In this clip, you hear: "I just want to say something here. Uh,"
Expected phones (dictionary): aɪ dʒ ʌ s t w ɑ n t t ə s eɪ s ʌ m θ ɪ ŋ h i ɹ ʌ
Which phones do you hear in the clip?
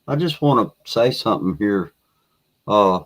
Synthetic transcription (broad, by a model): aɪ dʒ ʌ s t w ɑ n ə s eɪ s ʌ m θ ɪ ŋ h i ɹ ʌ